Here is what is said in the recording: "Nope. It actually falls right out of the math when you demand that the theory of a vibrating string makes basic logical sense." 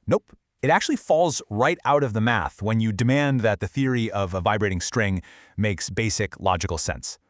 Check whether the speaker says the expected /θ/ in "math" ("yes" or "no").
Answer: yes